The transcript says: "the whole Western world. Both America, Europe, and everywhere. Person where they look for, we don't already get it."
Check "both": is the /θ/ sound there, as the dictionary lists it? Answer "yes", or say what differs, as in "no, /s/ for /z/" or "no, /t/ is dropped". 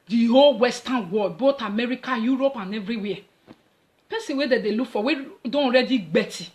no, /t/ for /θ/